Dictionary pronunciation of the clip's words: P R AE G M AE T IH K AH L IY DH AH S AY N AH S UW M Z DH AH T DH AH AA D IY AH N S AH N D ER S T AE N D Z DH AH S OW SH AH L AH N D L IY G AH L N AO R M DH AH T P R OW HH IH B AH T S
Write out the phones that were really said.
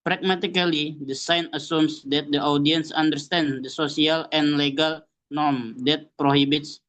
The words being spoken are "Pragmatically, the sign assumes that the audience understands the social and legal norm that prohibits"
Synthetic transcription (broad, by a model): P R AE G M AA T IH K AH L IY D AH S AY N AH S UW M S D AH T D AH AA D IY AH N S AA N D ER S T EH N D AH S OW S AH L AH N L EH G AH L N AO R M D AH T P R OW HH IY B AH T S